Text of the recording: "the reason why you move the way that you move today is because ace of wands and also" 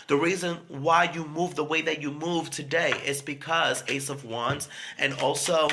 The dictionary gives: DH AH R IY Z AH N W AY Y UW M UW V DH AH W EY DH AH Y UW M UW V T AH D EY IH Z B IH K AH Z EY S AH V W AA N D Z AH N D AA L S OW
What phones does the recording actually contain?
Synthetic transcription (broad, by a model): DH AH R IY Z AH N W AY Y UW M UW V DH AH W EY DH AH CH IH M UW V T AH D EY IH Z B IH K AH Z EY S AH V W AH N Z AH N AA L S OW